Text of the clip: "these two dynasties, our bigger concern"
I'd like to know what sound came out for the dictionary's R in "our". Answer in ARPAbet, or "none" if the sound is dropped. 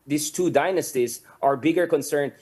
R